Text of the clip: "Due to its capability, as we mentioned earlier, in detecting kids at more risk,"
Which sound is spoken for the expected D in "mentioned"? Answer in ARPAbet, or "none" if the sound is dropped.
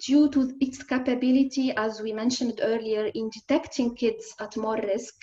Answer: D